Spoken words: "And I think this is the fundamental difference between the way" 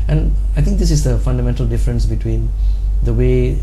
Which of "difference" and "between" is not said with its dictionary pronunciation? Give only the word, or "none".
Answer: none